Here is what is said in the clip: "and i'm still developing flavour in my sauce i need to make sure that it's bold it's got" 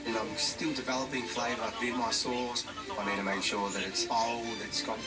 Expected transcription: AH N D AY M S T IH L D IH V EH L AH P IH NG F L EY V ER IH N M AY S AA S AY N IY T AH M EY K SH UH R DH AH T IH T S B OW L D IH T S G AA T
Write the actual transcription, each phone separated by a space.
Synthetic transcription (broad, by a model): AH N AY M S T IH L D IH V EH L AH P IH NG F L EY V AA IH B M AY S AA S AY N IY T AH M EY K SH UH DH AH T IH T S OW L IH T S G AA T